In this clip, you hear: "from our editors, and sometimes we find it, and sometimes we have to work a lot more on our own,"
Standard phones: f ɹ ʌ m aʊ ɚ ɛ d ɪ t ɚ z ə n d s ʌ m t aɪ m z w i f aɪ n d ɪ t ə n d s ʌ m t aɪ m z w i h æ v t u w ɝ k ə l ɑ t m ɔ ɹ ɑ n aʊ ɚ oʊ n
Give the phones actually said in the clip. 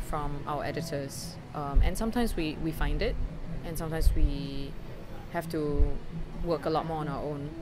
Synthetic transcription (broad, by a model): f ɹ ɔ m aʊ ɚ ɛ d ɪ t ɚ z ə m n s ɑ m t aɪ m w w i f aɪ n d ɪ t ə n s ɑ m t aɪ m s w i h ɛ f t u w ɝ k ə l ɑ t m ɔ ɑ n aʊ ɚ oʊ n